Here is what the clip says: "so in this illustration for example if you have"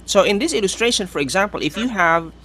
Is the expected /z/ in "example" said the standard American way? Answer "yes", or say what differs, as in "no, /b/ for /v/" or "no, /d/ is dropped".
yes